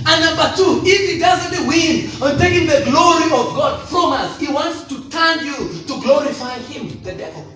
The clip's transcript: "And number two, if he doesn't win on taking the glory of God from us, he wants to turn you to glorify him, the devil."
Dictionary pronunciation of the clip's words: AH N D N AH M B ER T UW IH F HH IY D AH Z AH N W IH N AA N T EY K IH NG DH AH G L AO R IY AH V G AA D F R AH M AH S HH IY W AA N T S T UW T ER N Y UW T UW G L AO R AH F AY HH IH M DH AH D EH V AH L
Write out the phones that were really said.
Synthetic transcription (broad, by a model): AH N N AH M B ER T UW IH F HH IY D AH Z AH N W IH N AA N T EY K IH NG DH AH G L AO R IY AH V G AA D F R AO M AH S HH IY W AA N T S T UW T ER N Y UW T UW G L AO R AH F AY HH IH M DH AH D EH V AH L